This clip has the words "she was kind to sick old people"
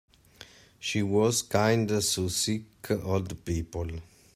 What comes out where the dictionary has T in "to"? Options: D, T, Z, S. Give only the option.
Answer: S